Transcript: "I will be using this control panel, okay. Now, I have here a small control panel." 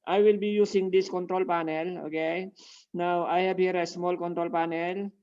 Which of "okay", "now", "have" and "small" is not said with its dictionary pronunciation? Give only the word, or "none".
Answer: have